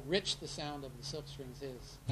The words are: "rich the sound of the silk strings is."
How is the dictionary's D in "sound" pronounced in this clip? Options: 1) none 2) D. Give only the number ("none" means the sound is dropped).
2